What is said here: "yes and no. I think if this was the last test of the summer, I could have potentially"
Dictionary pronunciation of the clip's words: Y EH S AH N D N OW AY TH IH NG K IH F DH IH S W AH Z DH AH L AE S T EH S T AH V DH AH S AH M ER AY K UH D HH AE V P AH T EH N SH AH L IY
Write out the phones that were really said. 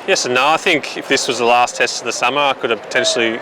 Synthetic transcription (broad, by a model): Y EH S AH N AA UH AY TH IH NG K IH F DH IH S W AH Z DH AH L AE S T EH S T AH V DH AH S AH M ER AY K UH D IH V P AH T EH N SH L IY